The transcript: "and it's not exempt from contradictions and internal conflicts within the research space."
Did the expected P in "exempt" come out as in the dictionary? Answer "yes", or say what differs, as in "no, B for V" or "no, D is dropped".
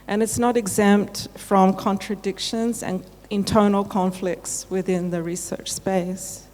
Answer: yes